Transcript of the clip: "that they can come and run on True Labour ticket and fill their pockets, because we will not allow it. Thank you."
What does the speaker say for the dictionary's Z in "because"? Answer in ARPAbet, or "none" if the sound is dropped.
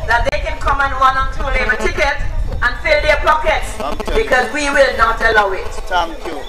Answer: Z